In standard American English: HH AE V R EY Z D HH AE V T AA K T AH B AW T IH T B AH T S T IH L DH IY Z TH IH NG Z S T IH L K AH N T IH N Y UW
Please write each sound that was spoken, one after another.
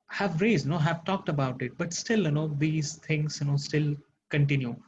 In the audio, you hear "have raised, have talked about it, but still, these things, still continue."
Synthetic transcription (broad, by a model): HH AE V R EY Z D HH AE V T AA K T AH B AW T IH T B AH T S T IH L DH IY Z T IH NG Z S T IH L K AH N T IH N Y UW